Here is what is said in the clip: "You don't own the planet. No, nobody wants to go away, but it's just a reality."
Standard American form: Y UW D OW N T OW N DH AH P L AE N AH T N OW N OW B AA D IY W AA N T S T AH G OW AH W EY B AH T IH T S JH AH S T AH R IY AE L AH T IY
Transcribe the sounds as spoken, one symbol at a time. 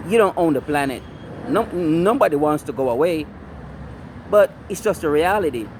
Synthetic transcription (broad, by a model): Y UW D OW N T OW N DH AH P L AE N AH T N OW N OW B AA D IY W AA N T S T AH G OW AH W EY B AH T IH T S JH AH S T AH R IY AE L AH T IY